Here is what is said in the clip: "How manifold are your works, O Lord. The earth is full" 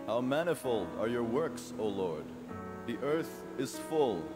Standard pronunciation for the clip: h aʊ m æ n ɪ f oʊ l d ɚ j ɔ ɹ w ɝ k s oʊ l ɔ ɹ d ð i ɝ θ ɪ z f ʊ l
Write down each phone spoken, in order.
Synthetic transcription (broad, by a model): h aʊ m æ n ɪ f oʊ l d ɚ j ɔ ɹ w ɝ k s oʊ l ɔ ɹ d ð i ɝ θ ɪ z f ʊ l